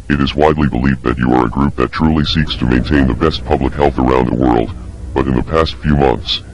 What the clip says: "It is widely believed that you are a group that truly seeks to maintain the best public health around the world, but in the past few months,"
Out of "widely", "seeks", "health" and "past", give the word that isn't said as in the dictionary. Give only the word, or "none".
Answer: none